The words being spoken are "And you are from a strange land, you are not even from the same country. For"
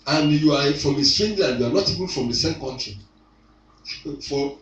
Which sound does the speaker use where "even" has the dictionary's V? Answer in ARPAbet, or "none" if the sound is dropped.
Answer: B